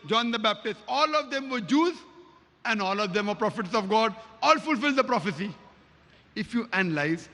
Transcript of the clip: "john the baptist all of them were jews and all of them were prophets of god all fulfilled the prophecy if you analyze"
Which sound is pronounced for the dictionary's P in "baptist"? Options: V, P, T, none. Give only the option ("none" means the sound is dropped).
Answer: P